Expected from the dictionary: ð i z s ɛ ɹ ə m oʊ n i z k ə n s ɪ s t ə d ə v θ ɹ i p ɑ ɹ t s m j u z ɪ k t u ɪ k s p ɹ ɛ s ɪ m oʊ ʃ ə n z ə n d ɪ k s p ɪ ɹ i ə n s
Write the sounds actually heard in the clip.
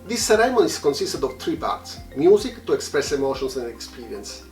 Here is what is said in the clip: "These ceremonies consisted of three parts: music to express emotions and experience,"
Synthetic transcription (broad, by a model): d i s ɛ ɹ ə m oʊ n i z k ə n s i s t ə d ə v t ɹ i p ɑ ɹ t s m j u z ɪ k t u ɪ k s p ɹ ɛ s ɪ m oʊ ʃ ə n s ə n d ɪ k s p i ɹ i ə n s